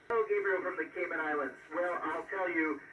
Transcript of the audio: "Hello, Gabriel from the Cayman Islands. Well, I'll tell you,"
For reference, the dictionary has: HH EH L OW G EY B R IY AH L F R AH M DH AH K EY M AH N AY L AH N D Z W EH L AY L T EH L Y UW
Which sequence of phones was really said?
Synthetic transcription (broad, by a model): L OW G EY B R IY F R AH M DH AH K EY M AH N AY L AH N D Z W EH L AY L T EH L Y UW